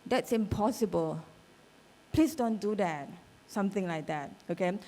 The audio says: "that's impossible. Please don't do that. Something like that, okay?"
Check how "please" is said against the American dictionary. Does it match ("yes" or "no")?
no